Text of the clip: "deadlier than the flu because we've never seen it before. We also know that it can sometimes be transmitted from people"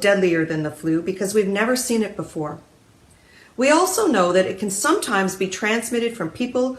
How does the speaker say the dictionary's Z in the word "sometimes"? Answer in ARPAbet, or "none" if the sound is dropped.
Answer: Z